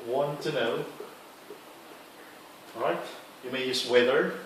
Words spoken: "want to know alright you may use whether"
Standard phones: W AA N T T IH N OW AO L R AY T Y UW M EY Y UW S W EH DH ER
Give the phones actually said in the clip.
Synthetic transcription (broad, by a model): W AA N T T IH N OW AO R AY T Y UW M EY Y UW S W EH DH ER